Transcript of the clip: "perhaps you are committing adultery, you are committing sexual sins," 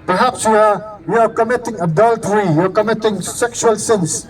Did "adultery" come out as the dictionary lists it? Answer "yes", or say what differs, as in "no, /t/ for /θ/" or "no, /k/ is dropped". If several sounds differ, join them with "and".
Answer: yes